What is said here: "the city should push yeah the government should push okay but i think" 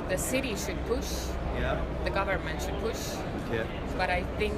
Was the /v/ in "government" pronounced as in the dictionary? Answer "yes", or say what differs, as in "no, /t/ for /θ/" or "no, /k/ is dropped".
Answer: yes